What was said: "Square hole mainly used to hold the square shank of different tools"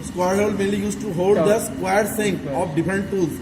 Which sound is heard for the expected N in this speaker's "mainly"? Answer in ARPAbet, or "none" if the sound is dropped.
none